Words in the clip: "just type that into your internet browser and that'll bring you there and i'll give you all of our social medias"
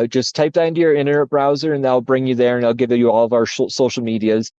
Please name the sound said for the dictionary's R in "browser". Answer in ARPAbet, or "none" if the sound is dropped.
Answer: R